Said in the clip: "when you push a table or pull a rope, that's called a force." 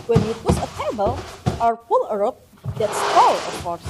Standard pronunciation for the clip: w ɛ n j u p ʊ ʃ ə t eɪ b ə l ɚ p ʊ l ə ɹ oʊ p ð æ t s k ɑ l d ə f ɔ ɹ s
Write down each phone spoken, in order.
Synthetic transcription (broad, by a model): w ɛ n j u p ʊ s ə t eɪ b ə l ɚ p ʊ l ə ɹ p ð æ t s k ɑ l ə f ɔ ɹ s